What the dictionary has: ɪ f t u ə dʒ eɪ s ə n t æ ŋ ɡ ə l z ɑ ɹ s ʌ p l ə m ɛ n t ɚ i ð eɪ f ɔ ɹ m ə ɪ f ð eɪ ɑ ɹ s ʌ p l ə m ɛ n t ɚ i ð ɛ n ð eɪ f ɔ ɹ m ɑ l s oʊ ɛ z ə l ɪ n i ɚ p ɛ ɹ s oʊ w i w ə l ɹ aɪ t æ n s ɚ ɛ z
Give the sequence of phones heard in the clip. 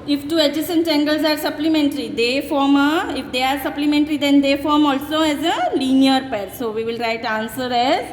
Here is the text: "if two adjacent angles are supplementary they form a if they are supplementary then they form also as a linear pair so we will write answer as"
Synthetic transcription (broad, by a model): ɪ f t u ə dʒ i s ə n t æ ŋ ɡ ə l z ɑ ɹ s ʌ p l ə m ɛ n t ɚ i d eɪ f ɔ ɹ m ə ɪ f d eɪ ɑ ɹ s ʌ p l ə m ɛ n t ɚ i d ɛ n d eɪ f ɔ ɹ m ɑ l s oʊ ɛ z ə l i n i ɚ p ɛ ɹ s oʊ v i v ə l ɹ aɪ t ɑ n s ɚ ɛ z